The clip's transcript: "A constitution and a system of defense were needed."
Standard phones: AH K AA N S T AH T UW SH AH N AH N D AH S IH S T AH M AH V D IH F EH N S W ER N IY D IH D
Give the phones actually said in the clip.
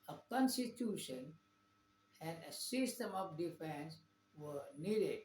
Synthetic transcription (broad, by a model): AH K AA N S T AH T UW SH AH N AH N D AH S IH S T AH M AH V D IH F EH N S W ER N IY D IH D